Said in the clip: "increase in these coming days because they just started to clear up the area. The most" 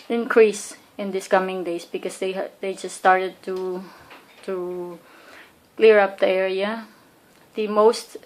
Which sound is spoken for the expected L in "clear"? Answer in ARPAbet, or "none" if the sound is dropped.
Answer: L